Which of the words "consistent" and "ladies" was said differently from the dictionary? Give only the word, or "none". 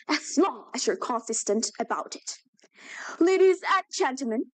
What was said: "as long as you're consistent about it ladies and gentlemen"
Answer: none